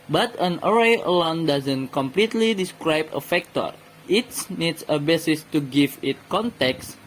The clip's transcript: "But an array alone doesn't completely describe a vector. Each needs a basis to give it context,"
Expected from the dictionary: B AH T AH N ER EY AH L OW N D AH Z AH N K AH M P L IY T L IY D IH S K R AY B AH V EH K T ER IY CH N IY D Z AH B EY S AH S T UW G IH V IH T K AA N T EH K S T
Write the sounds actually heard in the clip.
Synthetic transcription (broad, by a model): B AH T AH N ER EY AH L OW N D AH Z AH N K AH M P L IY T L IY D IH S K R AY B AH F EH K T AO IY S N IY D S AH B EY S AH S T UW G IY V IH T K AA N T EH K S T